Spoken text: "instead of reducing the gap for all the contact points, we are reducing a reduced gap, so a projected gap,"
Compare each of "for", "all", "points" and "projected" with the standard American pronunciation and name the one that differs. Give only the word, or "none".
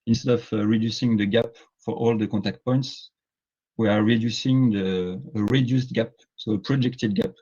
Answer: none